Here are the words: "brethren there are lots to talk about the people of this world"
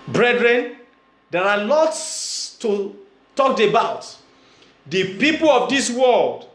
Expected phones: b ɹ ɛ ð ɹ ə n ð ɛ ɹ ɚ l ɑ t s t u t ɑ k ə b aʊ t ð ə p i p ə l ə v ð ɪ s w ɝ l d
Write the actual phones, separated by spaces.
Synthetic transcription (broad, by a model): b ɹ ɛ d ɹ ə n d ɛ ɹ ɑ l ɑ t s t u t ɑ k ə b aʊ t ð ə p i p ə l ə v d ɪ s w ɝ l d